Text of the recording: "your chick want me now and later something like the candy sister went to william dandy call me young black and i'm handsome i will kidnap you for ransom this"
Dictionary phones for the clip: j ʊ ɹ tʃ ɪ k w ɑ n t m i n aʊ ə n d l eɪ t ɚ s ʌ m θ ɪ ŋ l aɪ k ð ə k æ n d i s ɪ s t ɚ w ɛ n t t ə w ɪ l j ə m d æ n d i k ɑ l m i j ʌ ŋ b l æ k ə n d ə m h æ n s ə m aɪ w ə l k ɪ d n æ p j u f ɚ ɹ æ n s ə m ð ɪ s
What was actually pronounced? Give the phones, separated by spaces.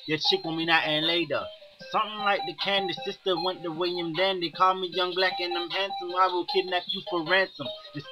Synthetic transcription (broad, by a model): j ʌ tʃ ɪ k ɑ m i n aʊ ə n l eɪ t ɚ s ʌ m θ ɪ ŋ l aɪ k ð ə k æ n d i s ɪ s t ɚ w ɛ n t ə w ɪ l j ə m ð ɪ n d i k ɑ l m i j ʌ ŋ b l æ k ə n ə m h æ n s ə m aɪ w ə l k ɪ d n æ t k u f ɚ ɹ æ n s ə m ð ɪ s